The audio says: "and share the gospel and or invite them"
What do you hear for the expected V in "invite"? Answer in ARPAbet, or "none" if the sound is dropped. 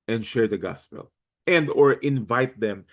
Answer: V